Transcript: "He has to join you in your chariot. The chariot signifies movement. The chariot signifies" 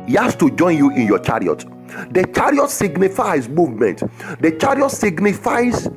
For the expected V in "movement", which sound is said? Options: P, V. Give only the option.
V